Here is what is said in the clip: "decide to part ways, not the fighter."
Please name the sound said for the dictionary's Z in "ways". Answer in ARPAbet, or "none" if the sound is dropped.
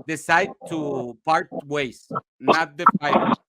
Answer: S